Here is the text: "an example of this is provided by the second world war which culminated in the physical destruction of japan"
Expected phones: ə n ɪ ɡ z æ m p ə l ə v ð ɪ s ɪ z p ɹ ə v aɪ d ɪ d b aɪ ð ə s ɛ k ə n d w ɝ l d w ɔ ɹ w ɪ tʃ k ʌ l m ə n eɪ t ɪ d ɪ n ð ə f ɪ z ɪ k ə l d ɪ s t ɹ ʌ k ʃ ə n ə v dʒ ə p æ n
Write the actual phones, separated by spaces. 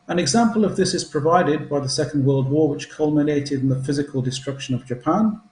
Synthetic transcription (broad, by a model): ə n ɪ ɡ z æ m p ə l ə v ð ɪ s ɪ z p ɹ ə v aɪ d ɪ d b aɪ ð ə s ɛ k ə n d w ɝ l d w ɔ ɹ w ɪ tʃ k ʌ l m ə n eɪ t ɪ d ɪ n ð ə f ɪ z ɪ k ə l d ɪ s t ɹ ʌ k ʃ ə n ə v dʒ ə p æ n